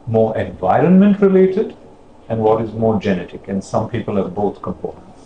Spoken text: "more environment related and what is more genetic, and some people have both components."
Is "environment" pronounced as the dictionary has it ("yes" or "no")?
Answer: yes